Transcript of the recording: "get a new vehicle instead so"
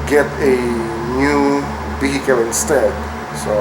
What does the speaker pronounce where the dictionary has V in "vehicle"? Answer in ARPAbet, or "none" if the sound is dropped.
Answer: B